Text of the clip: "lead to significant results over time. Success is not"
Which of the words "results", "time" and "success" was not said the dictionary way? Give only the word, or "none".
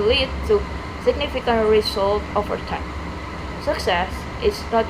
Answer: results